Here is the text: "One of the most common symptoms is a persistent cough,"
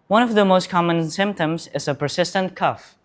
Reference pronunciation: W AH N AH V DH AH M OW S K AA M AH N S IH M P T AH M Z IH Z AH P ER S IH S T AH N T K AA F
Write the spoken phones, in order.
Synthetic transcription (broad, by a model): W AH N AH V DH AH M OW S K AA M AH N S IH M P T AH M Z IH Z AH P ER S IH S T AH N T K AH F